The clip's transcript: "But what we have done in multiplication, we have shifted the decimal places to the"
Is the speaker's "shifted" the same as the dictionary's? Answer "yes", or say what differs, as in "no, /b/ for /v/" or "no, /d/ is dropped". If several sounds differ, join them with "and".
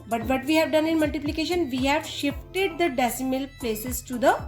yes